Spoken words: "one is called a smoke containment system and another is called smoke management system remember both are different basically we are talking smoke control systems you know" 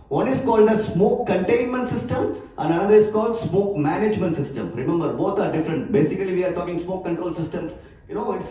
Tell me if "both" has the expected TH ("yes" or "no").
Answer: no